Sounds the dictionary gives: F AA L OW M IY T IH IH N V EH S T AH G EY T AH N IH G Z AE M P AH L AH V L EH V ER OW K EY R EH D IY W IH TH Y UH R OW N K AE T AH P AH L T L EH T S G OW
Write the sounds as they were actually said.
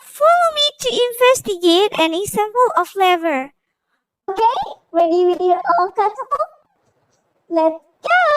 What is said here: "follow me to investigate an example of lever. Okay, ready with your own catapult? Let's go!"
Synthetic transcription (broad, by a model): F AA L OW M IY T IH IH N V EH S T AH G EY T AH N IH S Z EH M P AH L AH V L EH V ER OW K EY W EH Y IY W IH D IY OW L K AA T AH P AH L L EH T S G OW